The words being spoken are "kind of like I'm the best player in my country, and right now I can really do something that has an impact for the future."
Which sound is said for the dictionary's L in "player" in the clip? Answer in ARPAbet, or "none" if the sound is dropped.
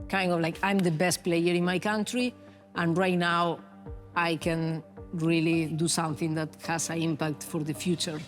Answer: L